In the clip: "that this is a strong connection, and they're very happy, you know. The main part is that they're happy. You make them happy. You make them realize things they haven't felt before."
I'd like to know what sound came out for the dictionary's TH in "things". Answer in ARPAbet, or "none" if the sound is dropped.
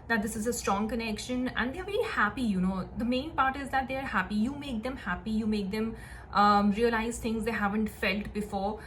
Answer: T